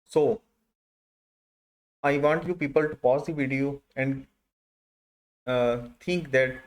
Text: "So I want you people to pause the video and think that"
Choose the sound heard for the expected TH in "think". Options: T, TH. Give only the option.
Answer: T